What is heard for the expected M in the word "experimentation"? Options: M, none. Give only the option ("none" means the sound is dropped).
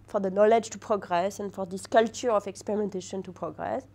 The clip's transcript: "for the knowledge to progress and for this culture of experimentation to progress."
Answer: M